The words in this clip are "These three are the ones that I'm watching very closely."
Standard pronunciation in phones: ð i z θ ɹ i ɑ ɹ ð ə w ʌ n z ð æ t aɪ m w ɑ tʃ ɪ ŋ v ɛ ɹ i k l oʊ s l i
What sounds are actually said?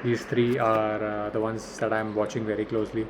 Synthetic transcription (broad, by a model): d i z t ɹ i ɑ ɹ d ə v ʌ n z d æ t aɪ m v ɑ tʃ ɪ ŋ v ɛ ɹ i k l oʊ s l i